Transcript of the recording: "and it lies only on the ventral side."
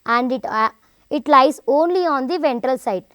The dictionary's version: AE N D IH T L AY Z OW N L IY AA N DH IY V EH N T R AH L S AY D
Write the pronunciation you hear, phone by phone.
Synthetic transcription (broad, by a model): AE N D IH T L AY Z OW N L IY AA N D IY V EH N T R AH L S AY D